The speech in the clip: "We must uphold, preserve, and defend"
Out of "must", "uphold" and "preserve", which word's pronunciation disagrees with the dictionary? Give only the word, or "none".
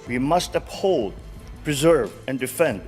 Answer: none